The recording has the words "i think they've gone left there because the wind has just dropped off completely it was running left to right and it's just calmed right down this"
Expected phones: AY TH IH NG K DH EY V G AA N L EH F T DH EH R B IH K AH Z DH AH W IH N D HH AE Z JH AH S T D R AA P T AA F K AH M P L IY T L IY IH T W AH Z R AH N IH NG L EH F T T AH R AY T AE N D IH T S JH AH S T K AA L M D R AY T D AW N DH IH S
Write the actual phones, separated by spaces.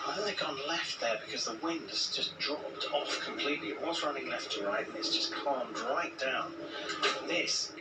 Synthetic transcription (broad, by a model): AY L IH K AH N L EH F T DH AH R B IH K AH Z DH AH W IH N D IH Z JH AH S D R AA P T AA F K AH M P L IY T L IY IH T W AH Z R AH N IH NG L EH F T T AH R AY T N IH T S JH AH S K AA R M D R AY T D AW N DH IH S